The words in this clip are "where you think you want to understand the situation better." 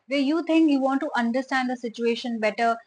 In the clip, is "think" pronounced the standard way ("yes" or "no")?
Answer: no